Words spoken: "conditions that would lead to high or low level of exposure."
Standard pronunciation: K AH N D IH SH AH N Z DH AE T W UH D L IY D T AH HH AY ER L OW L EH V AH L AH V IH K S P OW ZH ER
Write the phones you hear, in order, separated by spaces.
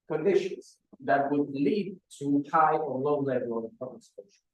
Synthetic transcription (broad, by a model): K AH N D IH SH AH N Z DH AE T W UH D L IY D T AH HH AY ER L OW L EH V AH L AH P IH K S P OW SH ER